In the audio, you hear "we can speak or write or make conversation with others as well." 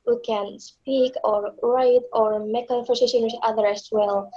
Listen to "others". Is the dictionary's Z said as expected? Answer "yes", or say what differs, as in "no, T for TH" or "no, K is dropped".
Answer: no, Z is dropped